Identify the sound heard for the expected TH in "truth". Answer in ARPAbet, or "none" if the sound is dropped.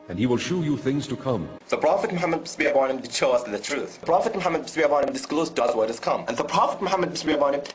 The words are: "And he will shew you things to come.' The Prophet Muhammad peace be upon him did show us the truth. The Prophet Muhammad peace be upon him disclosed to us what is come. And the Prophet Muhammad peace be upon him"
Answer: TH